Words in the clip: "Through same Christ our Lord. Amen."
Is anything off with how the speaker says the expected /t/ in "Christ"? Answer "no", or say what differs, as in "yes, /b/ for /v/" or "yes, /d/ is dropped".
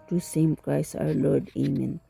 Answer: yes, /t/ is dropped